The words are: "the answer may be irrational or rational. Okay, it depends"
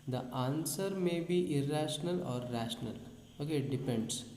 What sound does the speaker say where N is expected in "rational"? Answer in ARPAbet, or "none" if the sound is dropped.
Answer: N